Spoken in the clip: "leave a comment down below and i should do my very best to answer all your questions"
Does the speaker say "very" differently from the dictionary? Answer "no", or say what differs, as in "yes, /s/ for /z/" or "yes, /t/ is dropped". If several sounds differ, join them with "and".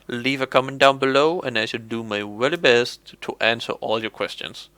yes, /l/ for /ɹ/